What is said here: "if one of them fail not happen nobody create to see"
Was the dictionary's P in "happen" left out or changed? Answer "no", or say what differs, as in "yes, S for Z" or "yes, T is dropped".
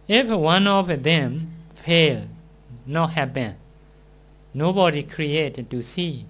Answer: yes, B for P